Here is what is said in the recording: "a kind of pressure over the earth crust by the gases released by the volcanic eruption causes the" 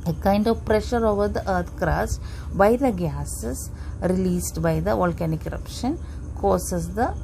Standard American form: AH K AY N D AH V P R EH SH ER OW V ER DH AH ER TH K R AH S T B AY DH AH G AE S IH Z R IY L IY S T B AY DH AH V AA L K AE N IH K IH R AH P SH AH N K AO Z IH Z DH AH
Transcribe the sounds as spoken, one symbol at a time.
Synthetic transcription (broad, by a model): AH K AY N D AH V P R EH SH ER OW V ER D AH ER T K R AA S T B AY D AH G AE S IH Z R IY L IY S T B AY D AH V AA L K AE N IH K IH R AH P SH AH N K AO S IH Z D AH